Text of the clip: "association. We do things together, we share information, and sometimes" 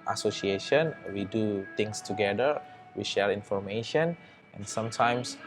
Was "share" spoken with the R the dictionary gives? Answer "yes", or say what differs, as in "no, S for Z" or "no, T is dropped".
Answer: no, L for R